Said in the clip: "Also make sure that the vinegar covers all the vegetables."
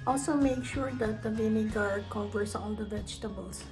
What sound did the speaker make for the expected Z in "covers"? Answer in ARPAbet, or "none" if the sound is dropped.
S